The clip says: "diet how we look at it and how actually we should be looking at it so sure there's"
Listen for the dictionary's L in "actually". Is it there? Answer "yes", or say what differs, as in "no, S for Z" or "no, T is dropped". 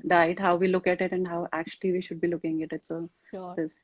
yes